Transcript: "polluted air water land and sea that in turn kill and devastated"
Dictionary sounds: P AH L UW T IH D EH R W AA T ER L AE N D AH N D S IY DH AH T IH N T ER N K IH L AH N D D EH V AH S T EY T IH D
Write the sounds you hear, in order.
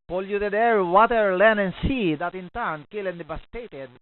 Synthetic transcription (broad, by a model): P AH L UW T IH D EH R W AA T ER L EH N AH N S IY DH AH T IH N T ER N K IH L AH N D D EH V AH S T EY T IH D